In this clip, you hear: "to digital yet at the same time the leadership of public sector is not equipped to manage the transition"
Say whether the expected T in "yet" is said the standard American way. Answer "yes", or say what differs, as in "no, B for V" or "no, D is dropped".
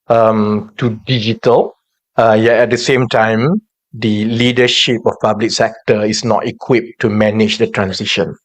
no, T is dropped